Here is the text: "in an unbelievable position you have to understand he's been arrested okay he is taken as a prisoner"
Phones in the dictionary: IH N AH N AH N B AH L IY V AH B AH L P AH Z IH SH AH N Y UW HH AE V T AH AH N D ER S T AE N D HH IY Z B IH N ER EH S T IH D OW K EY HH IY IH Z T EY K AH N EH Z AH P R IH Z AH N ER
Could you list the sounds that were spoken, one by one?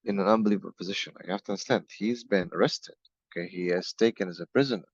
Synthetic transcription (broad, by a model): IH N AH N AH N B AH L IY V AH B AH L P AH Z IH SH AH N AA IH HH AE F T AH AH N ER S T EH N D HH IY Z B IH N ER EH S T IH D OW K EY HH IY IH Z T EY K AH N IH Z AH P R IH Z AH N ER